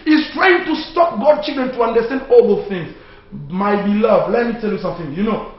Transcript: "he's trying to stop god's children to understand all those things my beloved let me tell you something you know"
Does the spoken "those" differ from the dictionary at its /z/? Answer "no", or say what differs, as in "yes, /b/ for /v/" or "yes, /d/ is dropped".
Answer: yes, /z/ is dropped